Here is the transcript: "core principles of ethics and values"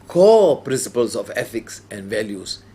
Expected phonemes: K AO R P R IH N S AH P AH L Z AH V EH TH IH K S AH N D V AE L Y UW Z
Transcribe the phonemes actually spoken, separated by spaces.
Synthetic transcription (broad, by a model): K AO P R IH N S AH P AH L S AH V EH F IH K S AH N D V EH L Y UW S